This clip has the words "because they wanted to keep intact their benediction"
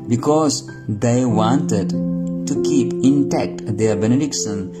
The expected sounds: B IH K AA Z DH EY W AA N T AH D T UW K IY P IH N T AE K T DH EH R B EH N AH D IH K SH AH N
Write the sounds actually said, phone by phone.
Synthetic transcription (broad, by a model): B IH K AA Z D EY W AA N T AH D T UW K IY P IH N T AE K T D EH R B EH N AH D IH K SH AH N